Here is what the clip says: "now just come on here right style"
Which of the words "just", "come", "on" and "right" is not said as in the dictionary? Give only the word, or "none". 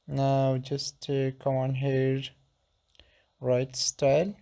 none